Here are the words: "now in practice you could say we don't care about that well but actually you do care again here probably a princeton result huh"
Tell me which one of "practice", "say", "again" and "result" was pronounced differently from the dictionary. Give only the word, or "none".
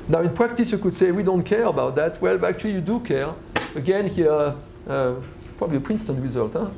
none